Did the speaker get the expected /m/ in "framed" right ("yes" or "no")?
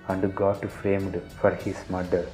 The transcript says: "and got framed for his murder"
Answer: yes